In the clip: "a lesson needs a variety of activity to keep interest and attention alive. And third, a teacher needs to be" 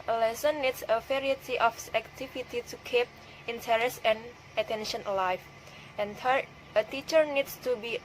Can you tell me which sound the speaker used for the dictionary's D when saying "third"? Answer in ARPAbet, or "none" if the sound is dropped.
none